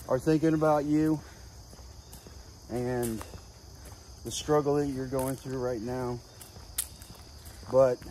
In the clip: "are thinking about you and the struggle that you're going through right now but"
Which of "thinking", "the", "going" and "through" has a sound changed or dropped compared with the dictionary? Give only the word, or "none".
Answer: none